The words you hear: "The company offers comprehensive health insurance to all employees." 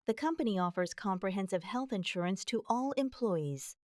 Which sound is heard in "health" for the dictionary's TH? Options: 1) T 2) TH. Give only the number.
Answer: 2